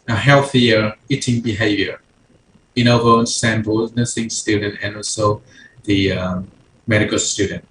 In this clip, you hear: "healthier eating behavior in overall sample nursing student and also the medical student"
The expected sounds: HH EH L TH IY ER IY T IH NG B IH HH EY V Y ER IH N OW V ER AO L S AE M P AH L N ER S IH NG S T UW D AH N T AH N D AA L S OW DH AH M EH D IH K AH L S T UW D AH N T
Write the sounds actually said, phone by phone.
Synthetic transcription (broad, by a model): HH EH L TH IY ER IY T IH NG B IH HH EY V Y ER IH N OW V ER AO N S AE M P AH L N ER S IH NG S T UW D AH N T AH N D AA L S OW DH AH M EH D IH K AH L S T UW D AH N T